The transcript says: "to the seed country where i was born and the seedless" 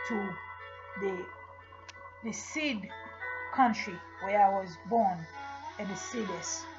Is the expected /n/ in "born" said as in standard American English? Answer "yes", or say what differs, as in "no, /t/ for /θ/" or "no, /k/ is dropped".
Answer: yes